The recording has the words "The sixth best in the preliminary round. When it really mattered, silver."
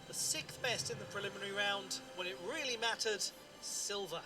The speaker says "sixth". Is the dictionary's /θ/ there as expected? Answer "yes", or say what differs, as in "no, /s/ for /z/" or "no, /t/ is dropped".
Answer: yes